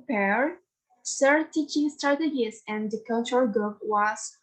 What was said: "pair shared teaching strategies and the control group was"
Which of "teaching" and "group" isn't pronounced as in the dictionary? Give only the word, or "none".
group